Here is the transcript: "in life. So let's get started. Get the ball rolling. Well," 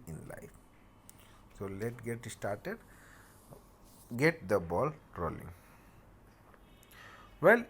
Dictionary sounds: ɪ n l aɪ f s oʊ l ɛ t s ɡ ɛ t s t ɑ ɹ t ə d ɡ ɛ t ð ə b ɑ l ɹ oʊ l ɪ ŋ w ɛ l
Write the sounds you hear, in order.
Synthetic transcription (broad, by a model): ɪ n l aɪ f s oʊ l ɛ t ɡ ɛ t s t ɑ ɹ t ə d ɡ ɛ t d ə b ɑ l ɹ oʊ l ɪ ŋ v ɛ l